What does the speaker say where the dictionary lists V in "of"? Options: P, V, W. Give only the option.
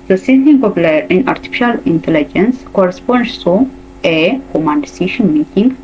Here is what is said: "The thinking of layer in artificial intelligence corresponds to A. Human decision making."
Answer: P